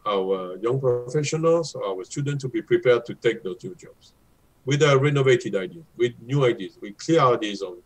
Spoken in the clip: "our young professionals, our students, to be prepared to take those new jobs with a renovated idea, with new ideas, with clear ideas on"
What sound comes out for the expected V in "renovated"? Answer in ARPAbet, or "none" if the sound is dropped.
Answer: V